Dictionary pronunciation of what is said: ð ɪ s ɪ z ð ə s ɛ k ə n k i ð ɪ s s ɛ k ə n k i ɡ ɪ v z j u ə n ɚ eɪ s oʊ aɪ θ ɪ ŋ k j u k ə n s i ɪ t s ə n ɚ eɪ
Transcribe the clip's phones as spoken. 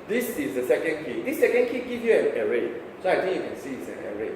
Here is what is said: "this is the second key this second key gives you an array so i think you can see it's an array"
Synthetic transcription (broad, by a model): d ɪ s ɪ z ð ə s ɛ k ə n k i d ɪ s s ɛ k ə n k i ɡ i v j u ə n ɚ eɪ s oʊ aɪ t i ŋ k j u k ə n s i ɪ t s ə n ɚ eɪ